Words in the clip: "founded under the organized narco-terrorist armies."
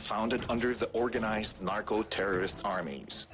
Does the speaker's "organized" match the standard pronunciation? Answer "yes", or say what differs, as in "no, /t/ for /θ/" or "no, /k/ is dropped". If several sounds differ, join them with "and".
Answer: yes